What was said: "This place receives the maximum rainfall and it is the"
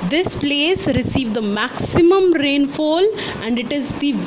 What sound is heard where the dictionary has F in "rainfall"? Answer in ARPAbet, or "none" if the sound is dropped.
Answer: F